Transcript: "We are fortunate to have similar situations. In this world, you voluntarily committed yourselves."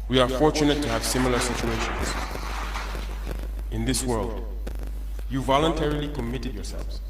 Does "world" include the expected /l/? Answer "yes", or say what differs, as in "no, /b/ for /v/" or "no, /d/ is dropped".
yes